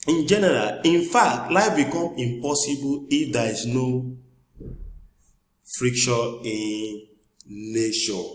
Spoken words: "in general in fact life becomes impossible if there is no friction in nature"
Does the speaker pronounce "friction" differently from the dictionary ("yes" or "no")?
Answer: yes